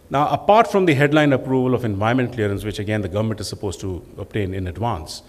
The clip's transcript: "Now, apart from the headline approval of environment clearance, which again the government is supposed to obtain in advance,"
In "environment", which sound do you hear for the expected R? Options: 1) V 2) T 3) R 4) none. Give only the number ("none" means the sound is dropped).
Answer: 4